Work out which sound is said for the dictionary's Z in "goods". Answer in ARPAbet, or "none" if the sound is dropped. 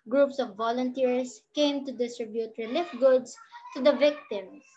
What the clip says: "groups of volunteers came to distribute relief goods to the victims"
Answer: S